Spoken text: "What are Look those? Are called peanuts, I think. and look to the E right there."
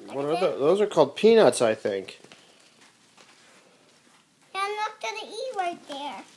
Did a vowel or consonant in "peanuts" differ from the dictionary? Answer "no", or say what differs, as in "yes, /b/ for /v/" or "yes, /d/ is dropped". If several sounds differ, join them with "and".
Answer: no